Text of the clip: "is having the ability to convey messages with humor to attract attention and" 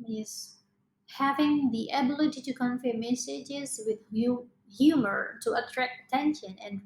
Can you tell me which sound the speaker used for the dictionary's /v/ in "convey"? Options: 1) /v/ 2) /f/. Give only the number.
2